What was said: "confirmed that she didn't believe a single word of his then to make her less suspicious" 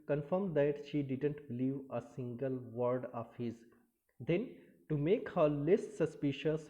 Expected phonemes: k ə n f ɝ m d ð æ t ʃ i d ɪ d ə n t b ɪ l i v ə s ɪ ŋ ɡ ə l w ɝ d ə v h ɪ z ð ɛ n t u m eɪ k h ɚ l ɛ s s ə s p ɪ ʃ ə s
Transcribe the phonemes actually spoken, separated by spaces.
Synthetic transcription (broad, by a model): k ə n f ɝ m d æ t ʃ i d ɪ d ə n t b ɪ l i v ə s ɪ ŋ ɡ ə l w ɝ d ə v h ɪ z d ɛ n t u m eɪ k h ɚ l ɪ s s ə s p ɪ ʃ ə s